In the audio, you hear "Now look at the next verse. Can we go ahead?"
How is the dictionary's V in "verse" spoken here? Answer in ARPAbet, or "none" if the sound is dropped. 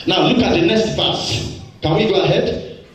B